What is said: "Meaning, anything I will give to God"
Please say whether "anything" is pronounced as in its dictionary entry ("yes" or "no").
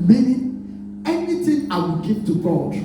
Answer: no